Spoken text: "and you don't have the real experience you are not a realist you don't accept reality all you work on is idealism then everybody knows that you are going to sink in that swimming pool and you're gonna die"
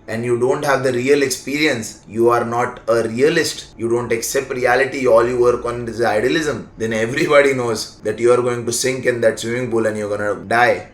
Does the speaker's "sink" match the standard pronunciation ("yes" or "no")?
yes